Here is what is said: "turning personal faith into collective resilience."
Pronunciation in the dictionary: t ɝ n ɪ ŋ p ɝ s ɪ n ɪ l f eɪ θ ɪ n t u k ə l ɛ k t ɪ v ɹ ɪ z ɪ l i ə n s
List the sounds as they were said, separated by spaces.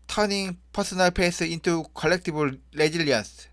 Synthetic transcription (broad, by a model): t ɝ n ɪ ŋ p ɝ s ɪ n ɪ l p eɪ s ɪ n t u k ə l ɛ k t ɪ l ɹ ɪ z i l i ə n s